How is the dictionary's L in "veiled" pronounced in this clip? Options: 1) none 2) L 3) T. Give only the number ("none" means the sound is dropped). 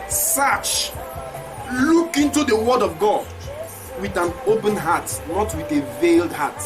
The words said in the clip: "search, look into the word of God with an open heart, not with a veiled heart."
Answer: 2